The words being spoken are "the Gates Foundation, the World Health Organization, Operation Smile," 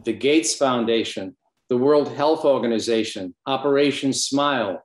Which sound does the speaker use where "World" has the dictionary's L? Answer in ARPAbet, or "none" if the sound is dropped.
L